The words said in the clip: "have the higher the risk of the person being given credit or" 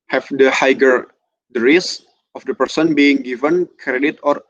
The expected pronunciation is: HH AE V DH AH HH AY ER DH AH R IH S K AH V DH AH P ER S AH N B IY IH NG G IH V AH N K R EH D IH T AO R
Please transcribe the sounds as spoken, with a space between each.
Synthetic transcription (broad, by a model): HH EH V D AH HH AY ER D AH R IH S AH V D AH P ER S AH N B IY IH NG G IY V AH N K R EH D IH T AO R